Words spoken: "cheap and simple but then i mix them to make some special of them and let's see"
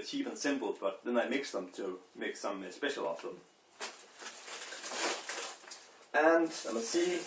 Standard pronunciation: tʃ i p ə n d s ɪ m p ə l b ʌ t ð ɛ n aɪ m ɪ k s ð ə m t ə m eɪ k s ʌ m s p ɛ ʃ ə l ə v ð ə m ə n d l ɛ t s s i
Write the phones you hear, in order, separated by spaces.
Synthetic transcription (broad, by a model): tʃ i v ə n s ɪ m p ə l b ʌ t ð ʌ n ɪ m ɪ k s ð ə m t ə m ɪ k s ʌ m s p ɛ ʃ ə l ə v ð ə m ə n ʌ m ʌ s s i